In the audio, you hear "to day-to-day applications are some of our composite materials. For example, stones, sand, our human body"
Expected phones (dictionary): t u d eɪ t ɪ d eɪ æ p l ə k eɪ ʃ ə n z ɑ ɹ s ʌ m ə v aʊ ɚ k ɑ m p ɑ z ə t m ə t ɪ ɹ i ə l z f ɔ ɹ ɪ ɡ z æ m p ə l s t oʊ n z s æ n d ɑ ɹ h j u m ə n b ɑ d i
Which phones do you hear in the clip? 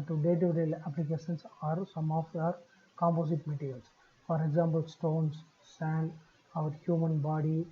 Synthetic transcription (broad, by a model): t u d eɪ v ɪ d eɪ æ p l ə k eɪ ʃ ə n s ɑ ɹ s ʌ m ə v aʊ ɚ k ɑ m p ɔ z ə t m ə t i ɹ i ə l s f ɔ ɹ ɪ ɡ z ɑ m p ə l s t oʊ n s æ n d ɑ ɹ h j u m ə n b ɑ d i